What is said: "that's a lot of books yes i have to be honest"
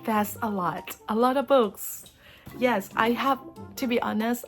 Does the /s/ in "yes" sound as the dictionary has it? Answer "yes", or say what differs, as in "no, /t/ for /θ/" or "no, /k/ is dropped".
yes